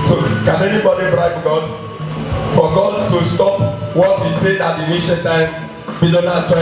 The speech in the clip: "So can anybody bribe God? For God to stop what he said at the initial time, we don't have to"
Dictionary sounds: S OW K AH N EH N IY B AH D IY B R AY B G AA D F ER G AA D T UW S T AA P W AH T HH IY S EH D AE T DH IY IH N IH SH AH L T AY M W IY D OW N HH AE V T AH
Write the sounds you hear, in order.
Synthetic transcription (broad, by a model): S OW K AH N EH N IY B AH D IY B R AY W G AA D F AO G AA D T UW S T AA P W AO T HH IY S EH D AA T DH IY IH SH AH N T AY M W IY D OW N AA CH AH